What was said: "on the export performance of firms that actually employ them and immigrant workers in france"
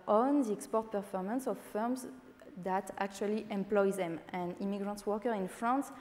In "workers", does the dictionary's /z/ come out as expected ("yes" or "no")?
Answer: no